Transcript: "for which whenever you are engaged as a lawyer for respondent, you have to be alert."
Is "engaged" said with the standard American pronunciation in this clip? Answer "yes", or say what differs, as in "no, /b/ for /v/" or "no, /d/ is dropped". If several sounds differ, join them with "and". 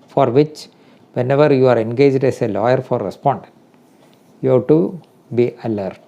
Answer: yes